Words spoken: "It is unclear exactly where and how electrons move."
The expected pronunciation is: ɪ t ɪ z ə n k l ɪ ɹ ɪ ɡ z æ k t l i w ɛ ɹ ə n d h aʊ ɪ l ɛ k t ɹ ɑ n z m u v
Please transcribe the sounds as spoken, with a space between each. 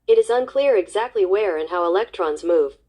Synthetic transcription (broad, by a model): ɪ t ɪ z ə n k l ɪ ɹ ɪ ɡ z æ k t l i w ɛ ɹ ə n h aʊ ɪ l ɛ k t ɹ ɑ n z m u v